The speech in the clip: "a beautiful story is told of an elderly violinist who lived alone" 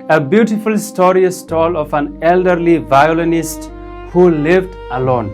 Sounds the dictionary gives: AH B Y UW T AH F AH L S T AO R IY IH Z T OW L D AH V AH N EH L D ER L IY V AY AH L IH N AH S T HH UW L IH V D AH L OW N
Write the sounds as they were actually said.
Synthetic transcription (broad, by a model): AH B Y UW T AH F AH L S T AO R IY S T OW L AH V AH N EH L D ER L IY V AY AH L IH N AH S T HH UW L IH V D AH L OW N